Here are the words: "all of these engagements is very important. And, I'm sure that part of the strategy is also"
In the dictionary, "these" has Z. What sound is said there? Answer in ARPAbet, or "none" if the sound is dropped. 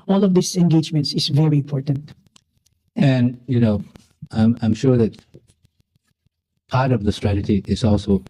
S